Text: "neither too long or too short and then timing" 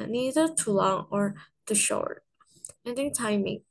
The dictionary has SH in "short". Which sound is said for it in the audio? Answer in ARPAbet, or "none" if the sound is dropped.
SH